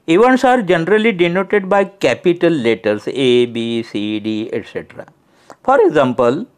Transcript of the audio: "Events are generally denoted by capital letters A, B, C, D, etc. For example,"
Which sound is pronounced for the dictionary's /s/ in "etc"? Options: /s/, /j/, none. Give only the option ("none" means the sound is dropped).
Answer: /s/